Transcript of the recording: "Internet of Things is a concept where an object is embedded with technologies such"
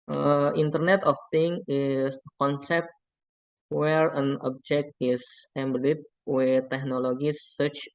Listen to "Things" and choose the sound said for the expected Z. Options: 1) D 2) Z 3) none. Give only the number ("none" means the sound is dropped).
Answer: 3